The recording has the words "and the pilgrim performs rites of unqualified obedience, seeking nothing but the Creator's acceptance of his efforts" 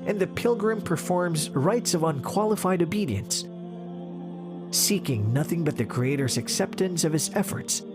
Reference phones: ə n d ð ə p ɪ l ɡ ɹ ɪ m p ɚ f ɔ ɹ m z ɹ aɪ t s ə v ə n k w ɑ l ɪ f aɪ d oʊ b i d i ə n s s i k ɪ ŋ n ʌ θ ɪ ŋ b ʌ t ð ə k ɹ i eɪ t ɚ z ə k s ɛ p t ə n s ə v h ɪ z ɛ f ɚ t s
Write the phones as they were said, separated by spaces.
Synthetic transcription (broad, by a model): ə n ð ə p ɪ l ɡ ɹ ɪ m p ɚ f ɔ ɹ m z ɹ aɪ t s ə v ə n k w ɑ l ɪ f aɪ d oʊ b i d i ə n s s i k ɪ ŋ n ʌ θ ɪ ŋ b ʌ t ð ə k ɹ i eɪ t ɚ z ə k s ɛ p t ə n s ə v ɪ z ɛ f ɚ t s